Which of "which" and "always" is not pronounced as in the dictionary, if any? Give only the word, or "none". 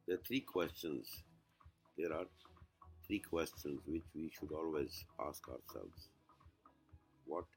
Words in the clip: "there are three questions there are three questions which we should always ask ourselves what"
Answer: none